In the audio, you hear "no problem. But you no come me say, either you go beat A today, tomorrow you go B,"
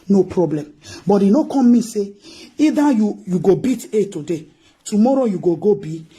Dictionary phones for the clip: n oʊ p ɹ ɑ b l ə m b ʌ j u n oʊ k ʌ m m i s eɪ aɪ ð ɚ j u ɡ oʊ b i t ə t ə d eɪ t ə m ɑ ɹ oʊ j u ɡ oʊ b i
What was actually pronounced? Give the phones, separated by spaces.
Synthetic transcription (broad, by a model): n oʊ p ɹ ɑ b l ə m b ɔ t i n oʊ k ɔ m m i s eɪ aɪ u j u ɡ oʊ b i t ə t ə d eɪ t ə m ɑ ɹ oʊ j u ɡ oʊ b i